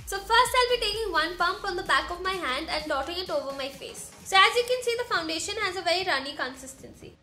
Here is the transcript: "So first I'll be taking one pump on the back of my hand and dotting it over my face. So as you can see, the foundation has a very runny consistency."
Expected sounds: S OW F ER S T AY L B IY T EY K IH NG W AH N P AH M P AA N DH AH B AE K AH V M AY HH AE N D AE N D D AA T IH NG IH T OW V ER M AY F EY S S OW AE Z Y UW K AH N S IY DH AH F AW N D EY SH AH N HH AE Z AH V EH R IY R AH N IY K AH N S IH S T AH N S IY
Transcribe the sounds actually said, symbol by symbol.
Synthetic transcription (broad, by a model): S OW F ER S T AY L B IY T EY K IH NG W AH N P AH M P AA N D AH B AE K AH V M AY HH AE N D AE N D D AA T IH NG IH T OW V ER M AY F EY S S OW AE Z Y UW K AH N S IY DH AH F AW N D EY SH AH N HH AE Z AH V EH R IY R AH N IY K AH N S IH S T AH N S IY